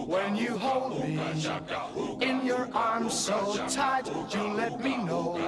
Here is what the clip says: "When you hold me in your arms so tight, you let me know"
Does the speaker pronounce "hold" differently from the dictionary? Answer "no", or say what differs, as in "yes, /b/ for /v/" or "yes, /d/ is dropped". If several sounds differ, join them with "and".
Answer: no